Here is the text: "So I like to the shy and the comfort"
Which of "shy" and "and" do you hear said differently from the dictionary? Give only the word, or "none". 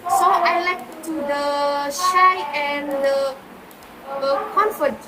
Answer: none